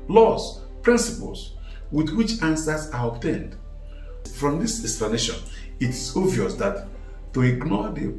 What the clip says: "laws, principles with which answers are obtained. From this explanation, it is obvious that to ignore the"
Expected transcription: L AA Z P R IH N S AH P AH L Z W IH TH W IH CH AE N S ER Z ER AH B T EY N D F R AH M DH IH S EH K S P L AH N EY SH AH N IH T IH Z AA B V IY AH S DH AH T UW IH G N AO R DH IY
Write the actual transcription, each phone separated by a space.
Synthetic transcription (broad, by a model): L AA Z P R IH N S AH P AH L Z W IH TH W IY CH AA N S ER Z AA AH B T EY N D F R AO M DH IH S EH K S P L AH N EY SH AH N IH T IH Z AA V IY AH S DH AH T UW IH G N AO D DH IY